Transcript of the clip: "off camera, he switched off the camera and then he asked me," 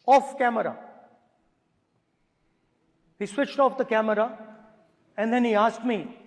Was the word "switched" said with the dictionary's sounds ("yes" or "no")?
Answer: yes